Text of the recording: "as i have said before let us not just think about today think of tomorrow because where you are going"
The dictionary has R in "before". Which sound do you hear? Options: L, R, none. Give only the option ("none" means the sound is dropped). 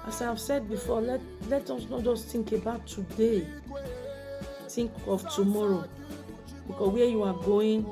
L